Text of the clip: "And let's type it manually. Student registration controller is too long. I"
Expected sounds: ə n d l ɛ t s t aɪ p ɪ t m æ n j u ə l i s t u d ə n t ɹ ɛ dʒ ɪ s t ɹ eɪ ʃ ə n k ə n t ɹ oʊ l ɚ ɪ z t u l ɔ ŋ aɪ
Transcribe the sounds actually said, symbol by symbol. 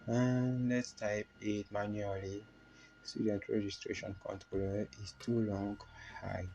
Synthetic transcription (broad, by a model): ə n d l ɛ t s t aɪ p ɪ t m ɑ n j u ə l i s t u d ə n t ɹ ɛ dʒ ɪ s t ɹ eɪ ʃ ə n k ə n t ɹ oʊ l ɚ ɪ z t u l ɔ ŋ aɪ